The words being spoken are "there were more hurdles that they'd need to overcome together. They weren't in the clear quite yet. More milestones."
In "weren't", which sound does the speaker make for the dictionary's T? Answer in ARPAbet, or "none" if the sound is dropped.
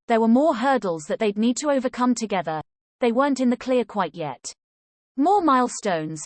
T